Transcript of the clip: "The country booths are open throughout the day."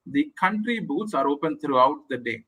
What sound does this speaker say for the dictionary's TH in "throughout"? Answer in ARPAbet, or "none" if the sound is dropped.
T